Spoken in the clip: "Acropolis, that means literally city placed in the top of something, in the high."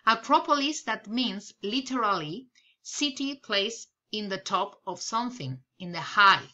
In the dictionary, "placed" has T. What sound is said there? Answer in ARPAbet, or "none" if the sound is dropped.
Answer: none